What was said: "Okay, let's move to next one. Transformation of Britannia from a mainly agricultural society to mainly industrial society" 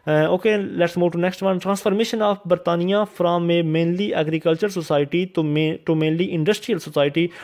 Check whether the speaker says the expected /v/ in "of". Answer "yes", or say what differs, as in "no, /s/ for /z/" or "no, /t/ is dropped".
no, /p/ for /v/